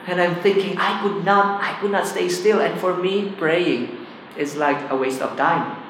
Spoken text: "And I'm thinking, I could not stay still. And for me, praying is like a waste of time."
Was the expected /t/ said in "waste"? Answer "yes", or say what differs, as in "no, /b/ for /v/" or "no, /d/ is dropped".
yes